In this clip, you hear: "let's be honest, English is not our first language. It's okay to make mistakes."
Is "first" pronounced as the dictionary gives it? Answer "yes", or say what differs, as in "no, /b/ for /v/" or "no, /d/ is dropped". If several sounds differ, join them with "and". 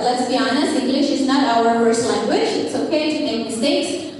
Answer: no, /p/ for /f/